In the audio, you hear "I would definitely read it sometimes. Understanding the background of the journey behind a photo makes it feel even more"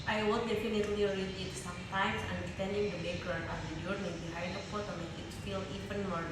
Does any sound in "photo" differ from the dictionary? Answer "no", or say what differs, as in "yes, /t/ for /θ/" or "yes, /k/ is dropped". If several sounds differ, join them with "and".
yes, /p/ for /f/